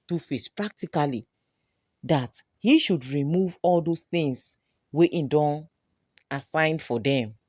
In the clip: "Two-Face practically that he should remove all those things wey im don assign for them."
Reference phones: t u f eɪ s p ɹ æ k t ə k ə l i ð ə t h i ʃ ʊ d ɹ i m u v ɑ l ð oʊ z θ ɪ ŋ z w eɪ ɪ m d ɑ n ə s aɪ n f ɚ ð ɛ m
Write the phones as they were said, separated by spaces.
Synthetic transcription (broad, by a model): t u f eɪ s p ɹ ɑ k t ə k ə l i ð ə t h i ʃ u d ɹ i m u v ɑ l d oʊ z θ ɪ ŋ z w eɪ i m d ɑ n ə s aɪ n f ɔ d ɛ m